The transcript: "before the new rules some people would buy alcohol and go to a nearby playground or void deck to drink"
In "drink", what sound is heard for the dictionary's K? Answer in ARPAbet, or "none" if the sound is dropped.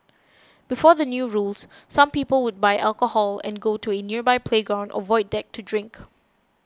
K